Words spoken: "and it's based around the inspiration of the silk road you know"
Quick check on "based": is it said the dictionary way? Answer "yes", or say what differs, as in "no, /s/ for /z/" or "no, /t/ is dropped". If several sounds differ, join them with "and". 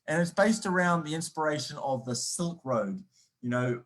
yes